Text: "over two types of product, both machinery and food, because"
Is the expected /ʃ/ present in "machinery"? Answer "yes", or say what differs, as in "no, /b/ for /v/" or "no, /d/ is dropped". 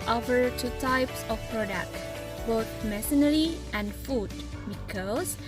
no, /s/ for /ʃ/